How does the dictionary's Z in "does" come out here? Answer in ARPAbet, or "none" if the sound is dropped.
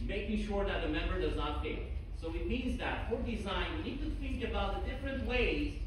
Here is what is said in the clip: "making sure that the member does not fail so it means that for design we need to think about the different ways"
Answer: Z